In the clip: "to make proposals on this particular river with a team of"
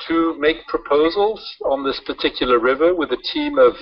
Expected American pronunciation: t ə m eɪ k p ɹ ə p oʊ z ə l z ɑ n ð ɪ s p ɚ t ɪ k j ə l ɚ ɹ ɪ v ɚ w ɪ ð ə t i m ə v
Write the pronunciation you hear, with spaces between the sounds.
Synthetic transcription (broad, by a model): t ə m eɪ k p ɹ ə p oʊ z ə l z n ð ɪ s p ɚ t ɪ k j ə l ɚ ɹ ɪ v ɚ w ɪ ð ə t i m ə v